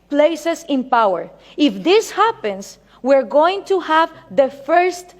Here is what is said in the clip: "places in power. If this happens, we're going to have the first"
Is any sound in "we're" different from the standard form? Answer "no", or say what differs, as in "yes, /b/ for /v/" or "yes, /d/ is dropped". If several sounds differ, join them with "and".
no